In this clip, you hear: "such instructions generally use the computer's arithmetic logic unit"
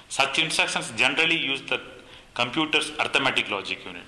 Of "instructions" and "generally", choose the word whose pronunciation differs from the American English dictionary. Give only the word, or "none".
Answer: instructions